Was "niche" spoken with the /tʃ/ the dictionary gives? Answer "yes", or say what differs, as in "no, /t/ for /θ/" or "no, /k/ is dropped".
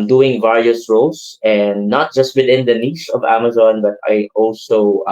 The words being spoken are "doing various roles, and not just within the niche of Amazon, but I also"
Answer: no, /s/ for /tʃ/